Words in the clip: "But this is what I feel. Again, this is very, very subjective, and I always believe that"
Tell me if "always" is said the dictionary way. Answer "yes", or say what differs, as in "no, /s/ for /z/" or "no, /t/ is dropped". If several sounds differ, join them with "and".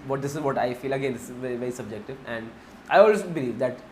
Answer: no, /z/ is dropped